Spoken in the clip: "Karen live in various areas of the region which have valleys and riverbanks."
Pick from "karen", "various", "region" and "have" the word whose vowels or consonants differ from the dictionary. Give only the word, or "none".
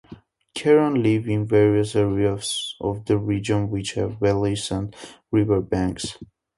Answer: none